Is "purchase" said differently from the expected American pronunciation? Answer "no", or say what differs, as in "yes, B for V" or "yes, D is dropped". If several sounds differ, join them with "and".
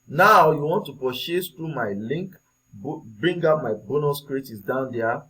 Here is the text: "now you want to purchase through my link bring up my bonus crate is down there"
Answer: yes, SH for CH